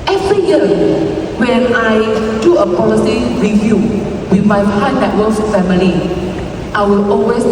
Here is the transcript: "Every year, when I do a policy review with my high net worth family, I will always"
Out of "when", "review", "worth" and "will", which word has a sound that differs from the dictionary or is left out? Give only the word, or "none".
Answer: worth